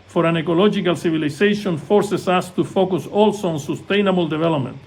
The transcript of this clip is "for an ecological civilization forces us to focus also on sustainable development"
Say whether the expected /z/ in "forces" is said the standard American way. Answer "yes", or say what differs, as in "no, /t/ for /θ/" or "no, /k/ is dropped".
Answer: no, /s/ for /z/